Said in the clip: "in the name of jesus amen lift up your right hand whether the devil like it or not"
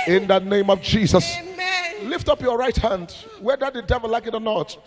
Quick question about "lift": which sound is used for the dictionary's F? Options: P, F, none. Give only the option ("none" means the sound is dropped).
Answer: F